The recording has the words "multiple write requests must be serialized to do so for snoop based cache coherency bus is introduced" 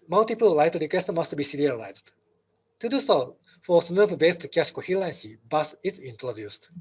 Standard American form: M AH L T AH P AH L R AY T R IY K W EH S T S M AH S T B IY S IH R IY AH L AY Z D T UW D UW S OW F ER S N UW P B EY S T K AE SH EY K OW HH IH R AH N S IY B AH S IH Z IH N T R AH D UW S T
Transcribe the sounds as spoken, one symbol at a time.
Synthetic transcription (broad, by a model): M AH L T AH P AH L L AY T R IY K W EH S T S M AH S T B IY S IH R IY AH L AY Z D T UW D UW S OW F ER S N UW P B EY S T K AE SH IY K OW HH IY L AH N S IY B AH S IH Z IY N T R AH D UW S T